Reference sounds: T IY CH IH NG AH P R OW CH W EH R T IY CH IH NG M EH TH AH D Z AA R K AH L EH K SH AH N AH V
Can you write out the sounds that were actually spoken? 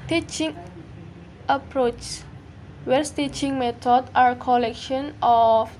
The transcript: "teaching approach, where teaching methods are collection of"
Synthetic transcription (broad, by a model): T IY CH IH NG AH P R OW CH W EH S T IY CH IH NG M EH T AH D AA R K AH L EH K SH AH N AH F